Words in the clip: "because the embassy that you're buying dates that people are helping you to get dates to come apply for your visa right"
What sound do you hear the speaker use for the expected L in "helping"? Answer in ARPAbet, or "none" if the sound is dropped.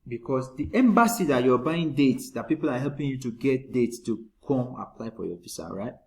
L